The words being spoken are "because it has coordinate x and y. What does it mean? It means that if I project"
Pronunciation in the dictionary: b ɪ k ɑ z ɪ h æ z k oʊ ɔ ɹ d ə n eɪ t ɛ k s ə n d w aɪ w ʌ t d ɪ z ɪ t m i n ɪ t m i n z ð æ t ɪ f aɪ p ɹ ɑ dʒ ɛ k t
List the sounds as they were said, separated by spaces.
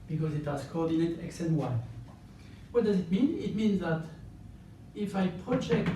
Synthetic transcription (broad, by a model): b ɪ k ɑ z ɪ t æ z k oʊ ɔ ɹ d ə n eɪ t ɛ k s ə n w aɪ w ʌ t d ɪ z ɪ t m i n ɪ t m i n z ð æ t ɪ f aɪ p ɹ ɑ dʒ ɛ k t